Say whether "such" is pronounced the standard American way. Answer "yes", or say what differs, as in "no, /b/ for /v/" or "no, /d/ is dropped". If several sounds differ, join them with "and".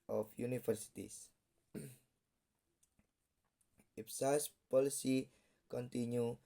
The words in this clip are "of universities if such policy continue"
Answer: no, /s/ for /tʃ/